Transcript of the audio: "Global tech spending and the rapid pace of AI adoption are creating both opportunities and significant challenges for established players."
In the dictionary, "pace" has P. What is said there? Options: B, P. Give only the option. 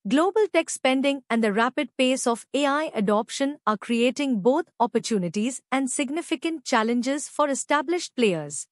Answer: P